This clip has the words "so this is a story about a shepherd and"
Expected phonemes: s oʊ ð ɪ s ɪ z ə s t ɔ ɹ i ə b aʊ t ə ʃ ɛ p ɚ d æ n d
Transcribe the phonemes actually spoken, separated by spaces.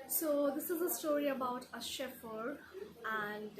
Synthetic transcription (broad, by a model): s oʊ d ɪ s ɪ z ə s t ɔ ɹ i ə b aʊ t ə ʃ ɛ f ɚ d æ n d